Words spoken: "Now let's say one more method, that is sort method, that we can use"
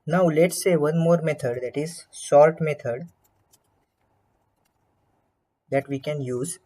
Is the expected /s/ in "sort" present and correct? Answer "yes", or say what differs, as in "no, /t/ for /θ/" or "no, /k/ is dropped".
no, /ʃ/ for /s/